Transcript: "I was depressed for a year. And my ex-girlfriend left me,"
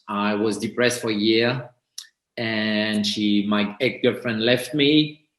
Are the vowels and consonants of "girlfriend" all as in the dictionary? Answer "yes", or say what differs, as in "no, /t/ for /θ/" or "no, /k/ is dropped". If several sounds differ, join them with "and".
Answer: no, /l/ is dropped